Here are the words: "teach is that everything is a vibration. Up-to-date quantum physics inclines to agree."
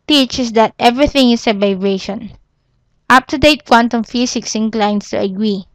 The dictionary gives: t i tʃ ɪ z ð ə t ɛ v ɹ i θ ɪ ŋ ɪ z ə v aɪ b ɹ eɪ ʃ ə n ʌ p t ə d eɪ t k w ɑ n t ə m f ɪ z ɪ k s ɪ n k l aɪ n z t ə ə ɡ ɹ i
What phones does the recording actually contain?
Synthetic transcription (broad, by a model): t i tʃ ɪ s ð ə t ɛ v ɹ i θ ɪ ŋ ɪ s ə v aɪ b ɹ eɪ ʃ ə n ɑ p t ə d eɪ t k w ɑ n t ə m f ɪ s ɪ k s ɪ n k l aɪ n s t ə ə ɡ ɹ i